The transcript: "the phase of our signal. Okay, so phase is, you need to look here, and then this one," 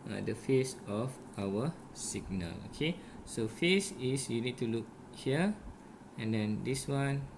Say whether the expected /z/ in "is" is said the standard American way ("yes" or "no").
no